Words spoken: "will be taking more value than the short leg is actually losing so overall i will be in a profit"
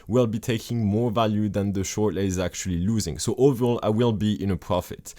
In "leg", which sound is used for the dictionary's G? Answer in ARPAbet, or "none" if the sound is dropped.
none